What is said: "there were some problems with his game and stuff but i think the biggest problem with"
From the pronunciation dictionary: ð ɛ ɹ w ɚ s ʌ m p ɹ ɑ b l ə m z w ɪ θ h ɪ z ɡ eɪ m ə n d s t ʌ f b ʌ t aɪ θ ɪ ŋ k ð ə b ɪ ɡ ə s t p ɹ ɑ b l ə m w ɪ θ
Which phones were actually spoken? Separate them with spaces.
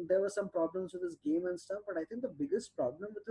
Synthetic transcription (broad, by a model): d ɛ ɹ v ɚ s ʌ m p ɹ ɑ b l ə m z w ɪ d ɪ s ɡ eɪ m ə n d s t ʌ f b ʌ t aɪ t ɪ ŋ k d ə b ɪ ɡ ə s t p ɹ ɑ b l ə m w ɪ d